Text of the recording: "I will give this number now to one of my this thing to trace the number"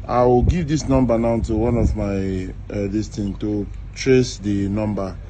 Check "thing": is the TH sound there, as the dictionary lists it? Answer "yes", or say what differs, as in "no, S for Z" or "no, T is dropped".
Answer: no, T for TH